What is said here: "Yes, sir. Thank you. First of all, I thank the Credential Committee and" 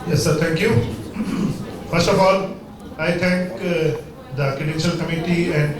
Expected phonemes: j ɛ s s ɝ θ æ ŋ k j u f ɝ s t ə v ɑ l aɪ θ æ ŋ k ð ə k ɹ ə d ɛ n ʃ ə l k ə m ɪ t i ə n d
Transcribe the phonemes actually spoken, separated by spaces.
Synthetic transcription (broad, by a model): j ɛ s s ɝ t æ ŋ k j u f ɝ s t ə f ɑ l aɪ t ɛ ŋ k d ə k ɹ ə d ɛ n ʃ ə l k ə m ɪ t i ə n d